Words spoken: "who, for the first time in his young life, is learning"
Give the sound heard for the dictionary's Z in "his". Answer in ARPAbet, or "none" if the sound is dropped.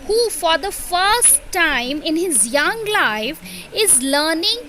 Z